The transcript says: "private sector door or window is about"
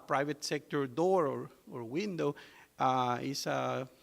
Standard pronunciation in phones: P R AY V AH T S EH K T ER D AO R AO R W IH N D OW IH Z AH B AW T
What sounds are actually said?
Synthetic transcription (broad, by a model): P R AY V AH T S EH K T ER D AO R AO R W IH N D OW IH S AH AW